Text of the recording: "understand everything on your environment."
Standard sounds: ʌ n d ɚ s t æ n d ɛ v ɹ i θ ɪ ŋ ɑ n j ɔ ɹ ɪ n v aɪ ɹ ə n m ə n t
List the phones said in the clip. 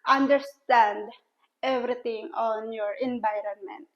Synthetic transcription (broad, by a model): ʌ n d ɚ s t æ n d ɛ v ɹ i t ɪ ŋ ɑ n j ɔ ɹ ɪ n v aɪ ɹ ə n m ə n t